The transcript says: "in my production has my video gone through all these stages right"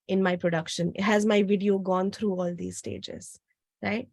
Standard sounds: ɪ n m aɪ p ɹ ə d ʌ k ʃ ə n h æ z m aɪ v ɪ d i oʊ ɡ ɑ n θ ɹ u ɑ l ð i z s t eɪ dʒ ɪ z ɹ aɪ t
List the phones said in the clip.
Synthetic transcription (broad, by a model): ɪ n m aɪ p ɹ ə d ʌ k ʃ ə n h æ z m aɪ v ɪ d i oʊ ɡ ɑ n t ɹ u ɑ l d i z s t eɪ dʒ ɪ z ɹ aɪ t